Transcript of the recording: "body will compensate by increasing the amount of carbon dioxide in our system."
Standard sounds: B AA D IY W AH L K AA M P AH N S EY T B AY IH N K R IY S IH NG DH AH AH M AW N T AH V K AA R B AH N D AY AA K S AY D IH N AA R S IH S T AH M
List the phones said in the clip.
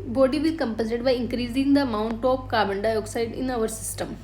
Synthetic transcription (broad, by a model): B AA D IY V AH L K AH M P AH N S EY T B AY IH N K R IY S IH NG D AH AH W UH N T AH P K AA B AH N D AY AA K S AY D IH N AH R S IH S T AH M